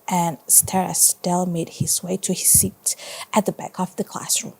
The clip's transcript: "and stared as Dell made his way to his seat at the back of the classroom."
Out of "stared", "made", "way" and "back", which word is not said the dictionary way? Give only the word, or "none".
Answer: stared